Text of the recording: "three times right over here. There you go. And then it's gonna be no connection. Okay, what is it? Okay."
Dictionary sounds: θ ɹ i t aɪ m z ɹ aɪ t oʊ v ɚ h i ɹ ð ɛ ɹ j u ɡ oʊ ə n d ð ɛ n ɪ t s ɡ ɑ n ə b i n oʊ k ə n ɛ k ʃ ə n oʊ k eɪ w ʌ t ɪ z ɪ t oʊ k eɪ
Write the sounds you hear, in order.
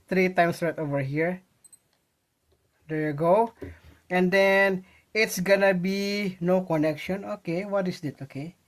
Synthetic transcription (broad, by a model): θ ɹ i t aɪ m s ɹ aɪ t oʊ v ɚ h i ɹ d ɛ ɹ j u ɡ oʊ ə n d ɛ n ɪ t s ɡ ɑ n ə b i n oʊ k ə n ɛ k ʃ ə n oʊ k eɪ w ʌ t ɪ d ɪ t oʊ k eɪ